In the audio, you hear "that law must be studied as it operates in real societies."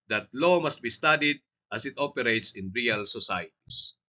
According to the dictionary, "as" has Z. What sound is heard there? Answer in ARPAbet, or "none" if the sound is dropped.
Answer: S